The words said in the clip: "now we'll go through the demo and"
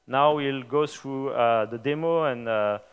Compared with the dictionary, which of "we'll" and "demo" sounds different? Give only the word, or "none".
none